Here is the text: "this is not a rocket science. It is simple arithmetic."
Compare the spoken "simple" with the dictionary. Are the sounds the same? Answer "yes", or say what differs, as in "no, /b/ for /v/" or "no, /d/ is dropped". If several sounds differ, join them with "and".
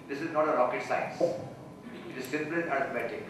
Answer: no, /n/ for /l/